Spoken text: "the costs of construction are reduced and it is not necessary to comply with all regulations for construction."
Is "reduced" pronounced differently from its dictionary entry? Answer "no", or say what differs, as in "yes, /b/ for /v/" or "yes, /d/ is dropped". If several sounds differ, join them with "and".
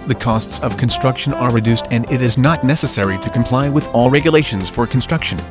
no